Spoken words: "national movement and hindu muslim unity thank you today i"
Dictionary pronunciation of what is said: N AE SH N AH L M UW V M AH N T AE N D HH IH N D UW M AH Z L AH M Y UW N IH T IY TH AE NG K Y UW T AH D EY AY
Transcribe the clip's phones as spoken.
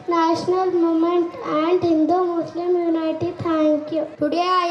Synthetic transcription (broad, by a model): N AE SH N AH L M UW M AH N T AE N D HH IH N D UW M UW S L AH M Y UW N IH T IY T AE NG K Y UW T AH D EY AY